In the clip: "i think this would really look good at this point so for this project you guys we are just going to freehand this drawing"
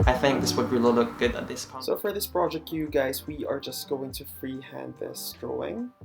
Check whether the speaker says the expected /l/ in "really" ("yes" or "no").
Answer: no